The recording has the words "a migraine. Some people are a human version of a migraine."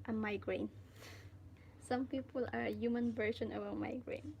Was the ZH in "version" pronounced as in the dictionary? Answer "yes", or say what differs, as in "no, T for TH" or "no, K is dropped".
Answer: no, SH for ZH